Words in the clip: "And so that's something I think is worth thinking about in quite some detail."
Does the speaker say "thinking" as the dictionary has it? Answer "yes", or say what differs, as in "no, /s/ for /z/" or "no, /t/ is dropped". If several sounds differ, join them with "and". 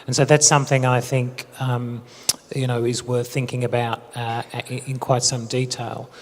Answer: yes